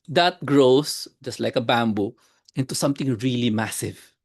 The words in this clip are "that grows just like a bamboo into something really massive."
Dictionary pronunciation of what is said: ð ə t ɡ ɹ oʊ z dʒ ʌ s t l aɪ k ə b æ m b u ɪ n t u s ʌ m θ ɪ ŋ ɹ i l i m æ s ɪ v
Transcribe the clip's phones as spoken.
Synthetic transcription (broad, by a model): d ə t ɡ ɹ oʊ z dʒ ʌ s t l aɪ k ə b æ m b u ɪ n t u s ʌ m t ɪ ŋ ɹ i l i m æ s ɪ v